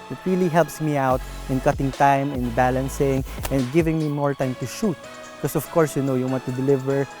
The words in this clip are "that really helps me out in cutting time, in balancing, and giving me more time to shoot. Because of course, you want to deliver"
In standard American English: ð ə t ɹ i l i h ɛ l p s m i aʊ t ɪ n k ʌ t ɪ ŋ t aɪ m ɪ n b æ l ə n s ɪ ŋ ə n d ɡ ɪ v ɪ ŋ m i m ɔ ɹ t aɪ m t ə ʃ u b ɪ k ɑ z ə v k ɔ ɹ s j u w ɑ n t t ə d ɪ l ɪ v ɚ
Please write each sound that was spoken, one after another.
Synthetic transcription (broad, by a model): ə t ɹ i l i h ɛ l p s m i aʊ t ɪ n k ʌ t ɪ ŋ t aɪ m ɪ n b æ l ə n s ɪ ŋ ə n d ɡ ɪ v ɪ ŋ m i m ɔ ɹ t aɪ m t ə ʃ u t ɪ k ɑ s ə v k ɔ ɹ s j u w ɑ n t t ə d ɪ l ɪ v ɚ